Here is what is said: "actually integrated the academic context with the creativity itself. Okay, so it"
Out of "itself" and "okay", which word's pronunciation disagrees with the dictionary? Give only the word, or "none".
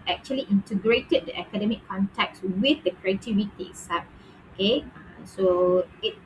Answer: itself